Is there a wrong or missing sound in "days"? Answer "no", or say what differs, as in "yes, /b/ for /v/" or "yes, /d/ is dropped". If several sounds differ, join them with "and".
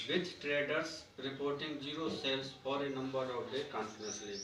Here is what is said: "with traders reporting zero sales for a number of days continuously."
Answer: yes, /z/ is dropped